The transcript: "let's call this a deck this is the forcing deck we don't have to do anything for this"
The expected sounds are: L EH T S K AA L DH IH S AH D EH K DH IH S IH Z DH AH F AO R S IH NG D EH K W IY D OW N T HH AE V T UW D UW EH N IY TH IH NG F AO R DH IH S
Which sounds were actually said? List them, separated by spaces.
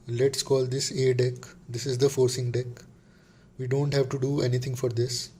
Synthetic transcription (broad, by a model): L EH T S K AA L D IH S AH D EH K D IH S IH Z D AH F AO R S IH NG D EH K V IY D OW N T HH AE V T UW D UW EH N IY T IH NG F AO R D IH S